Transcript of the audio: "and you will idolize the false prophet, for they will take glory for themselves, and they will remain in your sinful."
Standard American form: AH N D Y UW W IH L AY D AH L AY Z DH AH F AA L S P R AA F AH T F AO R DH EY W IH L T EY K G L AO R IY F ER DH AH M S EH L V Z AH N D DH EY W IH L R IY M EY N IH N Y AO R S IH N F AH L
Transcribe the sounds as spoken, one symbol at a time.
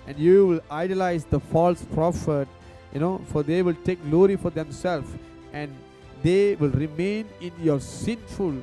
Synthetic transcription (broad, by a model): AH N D Y UW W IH L AY D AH L AY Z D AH F AA L S P R AA F AH T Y AO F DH EY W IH L T EY K G L AO R IY F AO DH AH M S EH L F AH N D EY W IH L R IY M EY N IH N Y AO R S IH N F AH L